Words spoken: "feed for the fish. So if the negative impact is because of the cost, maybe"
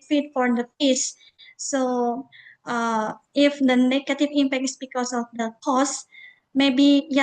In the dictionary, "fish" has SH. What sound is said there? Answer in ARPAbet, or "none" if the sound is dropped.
S